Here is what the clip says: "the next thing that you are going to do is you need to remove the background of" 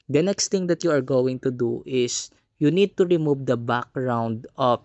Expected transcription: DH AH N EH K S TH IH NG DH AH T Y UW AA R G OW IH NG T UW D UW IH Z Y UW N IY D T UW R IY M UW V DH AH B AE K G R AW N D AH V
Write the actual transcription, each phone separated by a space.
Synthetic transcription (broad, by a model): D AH N EH K S T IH NG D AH T Y UW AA R G OW IH NG T UW D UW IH S Y UW N IY D T UW R IY M UW V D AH B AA K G R AW N D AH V